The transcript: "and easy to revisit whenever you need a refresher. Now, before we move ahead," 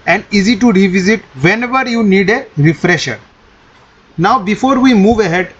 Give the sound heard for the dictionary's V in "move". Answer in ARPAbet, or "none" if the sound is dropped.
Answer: V